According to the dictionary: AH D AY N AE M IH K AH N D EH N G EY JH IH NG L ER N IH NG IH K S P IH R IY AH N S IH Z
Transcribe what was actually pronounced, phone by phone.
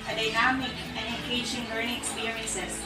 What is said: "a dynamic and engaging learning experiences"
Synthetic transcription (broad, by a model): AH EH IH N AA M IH AH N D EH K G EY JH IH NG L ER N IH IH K S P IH R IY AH N S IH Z